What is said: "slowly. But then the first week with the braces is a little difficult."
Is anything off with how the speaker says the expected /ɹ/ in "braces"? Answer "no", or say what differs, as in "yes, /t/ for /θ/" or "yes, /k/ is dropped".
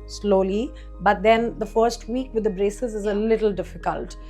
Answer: no